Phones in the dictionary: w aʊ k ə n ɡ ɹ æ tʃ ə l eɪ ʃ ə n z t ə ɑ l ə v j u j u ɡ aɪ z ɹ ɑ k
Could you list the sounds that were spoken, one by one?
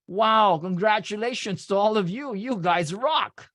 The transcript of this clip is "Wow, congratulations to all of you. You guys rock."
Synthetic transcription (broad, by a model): w aʊ k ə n ɡ ɹ æ tʃ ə l eɪ ʃ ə n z t ə ɑ l ə v j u j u ɡ aɪ z ɹ ɑ k